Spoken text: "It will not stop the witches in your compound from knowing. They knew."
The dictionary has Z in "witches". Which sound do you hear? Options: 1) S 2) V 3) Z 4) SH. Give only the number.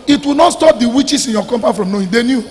1